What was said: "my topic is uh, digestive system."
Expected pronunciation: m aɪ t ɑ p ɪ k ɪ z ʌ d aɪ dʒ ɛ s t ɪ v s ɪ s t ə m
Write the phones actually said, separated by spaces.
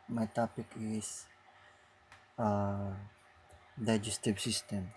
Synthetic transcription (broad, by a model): m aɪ t ɑ p ɪ k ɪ s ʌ d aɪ dʒ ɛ s t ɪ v s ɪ s t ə m